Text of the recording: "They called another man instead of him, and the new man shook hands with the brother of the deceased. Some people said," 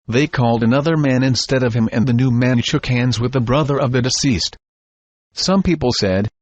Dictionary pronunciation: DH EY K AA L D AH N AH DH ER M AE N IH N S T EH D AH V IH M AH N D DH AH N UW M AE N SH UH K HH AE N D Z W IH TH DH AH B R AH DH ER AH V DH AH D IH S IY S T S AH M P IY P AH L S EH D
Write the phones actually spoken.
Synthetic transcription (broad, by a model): DH EY K AA L D AH N AH DH ER M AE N IH N S T EH D AH V IH M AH N DH AH N UW M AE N SH UH K HH AE N D Z W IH DH AH B R AH DH ER AH V DH AH D IH S IY S T S AH M P IY P L S EH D